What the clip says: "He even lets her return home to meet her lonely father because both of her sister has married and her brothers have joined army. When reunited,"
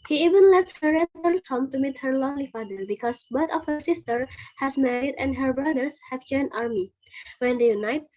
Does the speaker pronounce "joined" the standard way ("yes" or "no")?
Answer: no